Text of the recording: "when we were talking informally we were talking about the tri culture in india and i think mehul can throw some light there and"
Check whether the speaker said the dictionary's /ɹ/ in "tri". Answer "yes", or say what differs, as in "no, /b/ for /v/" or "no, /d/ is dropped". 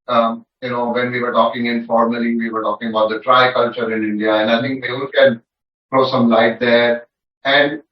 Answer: yes